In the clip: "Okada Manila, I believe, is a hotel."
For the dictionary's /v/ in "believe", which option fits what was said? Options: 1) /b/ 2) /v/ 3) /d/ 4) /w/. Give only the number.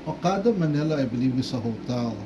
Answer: 4